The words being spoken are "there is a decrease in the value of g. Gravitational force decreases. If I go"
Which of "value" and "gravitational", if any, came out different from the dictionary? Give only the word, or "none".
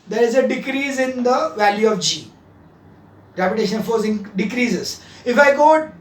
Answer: gravitational